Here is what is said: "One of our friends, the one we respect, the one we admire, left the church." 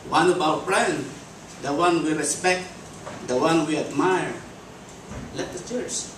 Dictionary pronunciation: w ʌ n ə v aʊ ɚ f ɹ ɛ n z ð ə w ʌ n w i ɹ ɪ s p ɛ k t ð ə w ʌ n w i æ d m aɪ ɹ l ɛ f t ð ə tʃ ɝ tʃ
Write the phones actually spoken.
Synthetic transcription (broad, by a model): w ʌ n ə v aʊ ɚ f ɹ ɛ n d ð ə w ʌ n w i ɹ ɪ s p ɛ k t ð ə w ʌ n w i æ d m aɪ ɹ l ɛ t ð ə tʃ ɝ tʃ